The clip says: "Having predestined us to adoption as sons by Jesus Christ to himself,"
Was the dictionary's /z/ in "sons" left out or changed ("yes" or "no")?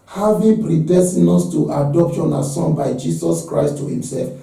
yes